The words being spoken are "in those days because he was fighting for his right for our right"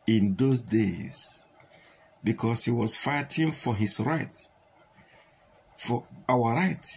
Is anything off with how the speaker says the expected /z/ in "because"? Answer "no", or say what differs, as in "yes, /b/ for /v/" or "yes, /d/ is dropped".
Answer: yes, /s/ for /z/